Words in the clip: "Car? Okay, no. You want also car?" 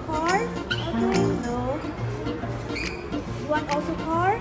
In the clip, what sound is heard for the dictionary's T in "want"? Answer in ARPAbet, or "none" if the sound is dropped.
none